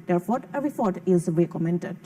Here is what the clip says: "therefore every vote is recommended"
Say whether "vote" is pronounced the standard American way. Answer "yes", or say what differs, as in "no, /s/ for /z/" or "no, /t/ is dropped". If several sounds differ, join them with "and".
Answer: no, /f/ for /v/